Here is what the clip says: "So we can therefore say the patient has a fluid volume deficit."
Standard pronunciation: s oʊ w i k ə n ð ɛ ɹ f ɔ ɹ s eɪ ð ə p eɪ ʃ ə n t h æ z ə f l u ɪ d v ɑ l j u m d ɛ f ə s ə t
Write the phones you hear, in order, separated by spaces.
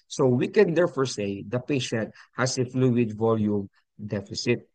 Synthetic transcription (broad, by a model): s oʊ w i k ə n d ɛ ɹ f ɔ ɹ s eɪ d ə p eɪ ʃ ə n t h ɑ s ə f l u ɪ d v ɑ l j u m d ɛ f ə s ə t